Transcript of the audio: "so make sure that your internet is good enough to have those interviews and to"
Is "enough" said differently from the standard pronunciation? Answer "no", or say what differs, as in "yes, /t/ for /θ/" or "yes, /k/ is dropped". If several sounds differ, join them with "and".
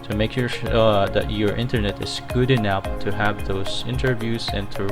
yes, /p/ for /f/